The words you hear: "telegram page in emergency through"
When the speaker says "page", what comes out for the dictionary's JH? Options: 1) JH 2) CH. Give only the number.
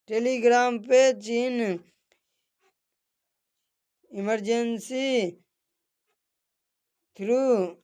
2